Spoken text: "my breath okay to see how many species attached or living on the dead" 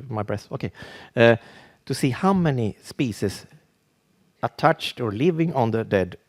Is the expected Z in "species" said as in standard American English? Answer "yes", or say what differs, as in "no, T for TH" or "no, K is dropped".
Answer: no, S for Z